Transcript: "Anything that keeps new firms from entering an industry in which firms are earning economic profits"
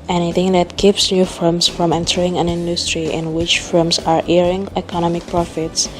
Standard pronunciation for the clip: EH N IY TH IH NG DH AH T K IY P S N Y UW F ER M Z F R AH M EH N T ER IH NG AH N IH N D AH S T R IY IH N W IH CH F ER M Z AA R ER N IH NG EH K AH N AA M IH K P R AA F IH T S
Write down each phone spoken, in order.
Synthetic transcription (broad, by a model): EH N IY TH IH NG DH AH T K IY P S N Y UW F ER M S F R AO M EH N T ER IH NG AH N IH N D AH S T R IY IH N W IH CH F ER M S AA R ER IH NG EH K AH N AA M IH K P R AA F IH T S